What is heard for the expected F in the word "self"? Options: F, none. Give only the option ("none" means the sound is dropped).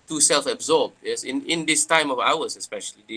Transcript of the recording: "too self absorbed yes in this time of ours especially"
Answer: F